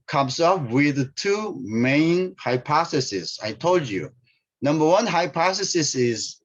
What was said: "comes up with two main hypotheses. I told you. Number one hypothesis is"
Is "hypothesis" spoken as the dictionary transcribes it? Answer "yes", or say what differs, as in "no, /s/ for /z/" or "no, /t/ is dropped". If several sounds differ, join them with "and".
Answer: no, /s/ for /θ/